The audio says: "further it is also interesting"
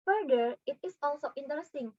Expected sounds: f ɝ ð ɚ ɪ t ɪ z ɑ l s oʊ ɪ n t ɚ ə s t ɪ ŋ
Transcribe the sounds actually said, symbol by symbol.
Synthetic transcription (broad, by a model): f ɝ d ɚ ɪ t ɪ s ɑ l s oʊ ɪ n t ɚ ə s t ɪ ŋ